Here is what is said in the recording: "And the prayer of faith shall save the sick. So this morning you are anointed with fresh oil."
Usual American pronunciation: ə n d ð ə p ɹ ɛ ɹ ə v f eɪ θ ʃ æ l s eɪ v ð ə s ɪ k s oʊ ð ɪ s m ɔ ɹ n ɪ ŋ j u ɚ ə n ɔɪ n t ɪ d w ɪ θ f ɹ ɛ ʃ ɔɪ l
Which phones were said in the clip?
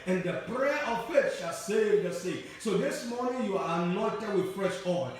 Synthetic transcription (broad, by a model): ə n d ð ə p ɹ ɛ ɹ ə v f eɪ t ʃ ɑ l s eɪ v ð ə s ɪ s oʊ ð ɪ s m ɔ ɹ n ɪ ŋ j u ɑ ə n ɔɪ n t ɪ d w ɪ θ f ɹ ɛ ʃ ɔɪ